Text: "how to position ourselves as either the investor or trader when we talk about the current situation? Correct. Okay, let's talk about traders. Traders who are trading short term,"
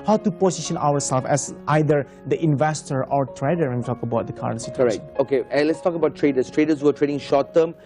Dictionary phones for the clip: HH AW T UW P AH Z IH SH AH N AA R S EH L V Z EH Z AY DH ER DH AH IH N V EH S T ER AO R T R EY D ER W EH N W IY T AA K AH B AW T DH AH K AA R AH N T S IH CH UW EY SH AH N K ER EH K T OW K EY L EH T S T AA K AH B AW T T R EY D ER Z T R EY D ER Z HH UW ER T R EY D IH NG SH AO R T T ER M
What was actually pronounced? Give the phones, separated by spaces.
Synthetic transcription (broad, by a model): HH AW T UW P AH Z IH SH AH N AA W S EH L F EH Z AY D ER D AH IH N V EH S T ER AO R T R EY D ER W EH N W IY T AA K AH B AW T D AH K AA R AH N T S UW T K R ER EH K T OW K EY L EH T S T AA K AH B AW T T R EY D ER S T R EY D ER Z HH UW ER T R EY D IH NG SH AO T T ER M